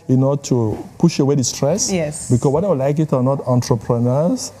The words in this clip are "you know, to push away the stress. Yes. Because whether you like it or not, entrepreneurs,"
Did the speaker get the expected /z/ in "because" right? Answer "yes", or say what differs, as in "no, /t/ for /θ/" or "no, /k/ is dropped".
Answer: no, /z/ is dropped